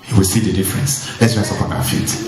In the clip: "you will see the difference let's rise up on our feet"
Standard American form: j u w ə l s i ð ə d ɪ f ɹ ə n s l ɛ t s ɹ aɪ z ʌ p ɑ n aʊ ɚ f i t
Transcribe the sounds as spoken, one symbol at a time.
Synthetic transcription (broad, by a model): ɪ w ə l s i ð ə d ɪ f ɹ ə n s l ɛ t s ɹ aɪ s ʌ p ɑ n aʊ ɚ f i t